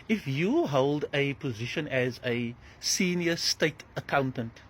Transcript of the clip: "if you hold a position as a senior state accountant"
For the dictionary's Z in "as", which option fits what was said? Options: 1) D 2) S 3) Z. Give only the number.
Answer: 3